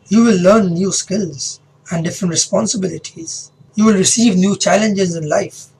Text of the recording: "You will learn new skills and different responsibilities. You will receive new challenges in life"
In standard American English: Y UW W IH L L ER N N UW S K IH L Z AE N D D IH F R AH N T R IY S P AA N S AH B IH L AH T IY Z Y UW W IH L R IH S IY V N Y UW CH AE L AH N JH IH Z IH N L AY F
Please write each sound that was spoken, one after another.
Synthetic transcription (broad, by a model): Y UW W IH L L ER N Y UW S K IH L Z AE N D D IH F R AH N T R IY S P AA N S AH B IH L AH T IY Z Y UW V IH L R IH S IY V N Y UW CH AE L AH N JH IH Z IH N L AY F